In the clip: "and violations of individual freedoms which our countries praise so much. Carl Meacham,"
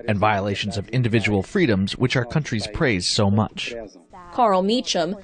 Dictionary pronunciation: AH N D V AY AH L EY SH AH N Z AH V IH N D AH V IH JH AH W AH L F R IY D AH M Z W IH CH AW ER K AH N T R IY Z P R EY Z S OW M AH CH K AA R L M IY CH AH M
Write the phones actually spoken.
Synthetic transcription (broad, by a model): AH N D V AY AH L EY SH AH N Z AH V IH N D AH V IH JH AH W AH L F R IY D AH M Z W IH CH AW ER K AH N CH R IY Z P R EY Z S OW M AH CH K AA R L M IY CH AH M